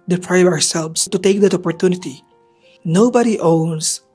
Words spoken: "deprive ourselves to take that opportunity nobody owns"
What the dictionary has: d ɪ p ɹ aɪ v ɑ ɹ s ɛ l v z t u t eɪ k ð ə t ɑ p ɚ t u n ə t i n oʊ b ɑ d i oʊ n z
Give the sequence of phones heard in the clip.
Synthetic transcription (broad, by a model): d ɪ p ɹ aɪ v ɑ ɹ s ɛ l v s t u t eɪ k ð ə t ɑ p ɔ t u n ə t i n oʊ b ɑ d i oʊ n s